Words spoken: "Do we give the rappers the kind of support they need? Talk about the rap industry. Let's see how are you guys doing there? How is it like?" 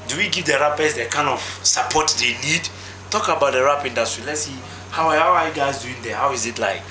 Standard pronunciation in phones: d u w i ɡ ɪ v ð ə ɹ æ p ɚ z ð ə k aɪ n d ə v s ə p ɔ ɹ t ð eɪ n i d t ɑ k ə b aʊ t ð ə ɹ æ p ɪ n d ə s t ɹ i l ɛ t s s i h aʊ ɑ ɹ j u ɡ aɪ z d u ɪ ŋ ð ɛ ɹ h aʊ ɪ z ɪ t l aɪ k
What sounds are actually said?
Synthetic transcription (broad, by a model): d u w i ɡ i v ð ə ɹ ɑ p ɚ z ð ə k aɪ n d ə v s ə p ɔ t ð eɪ n i d t ɑ k ə b aʊ t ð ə ɹ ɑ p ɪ n d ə s t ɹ i l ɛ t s s i h aʊ ɑ w j u ɡ aɪ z d u ɪ ŋ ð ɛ h aʊ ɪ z ɪ t l aɪ k